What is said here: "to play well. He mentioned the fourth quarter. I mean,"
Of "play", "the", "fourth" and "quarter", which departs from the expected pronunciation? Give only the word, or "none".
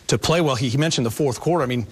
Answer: none